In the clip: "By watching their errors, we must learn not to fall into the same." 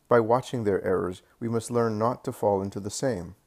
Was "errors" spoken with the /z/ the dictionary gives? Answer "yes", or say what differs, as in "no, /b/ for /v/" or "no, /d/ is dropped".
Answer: yes